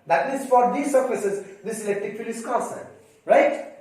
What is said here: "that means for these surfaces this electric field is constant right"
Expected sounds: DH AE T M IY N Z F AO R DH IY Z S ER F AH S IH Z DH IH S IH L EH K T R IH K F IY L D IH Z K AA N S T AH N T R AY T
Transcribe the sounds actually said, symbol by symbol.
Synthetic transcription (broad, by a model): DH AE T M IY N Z F AO R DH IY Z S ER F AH S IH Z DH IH S IH L EH K T R IH K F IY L IH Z K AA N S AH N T R AY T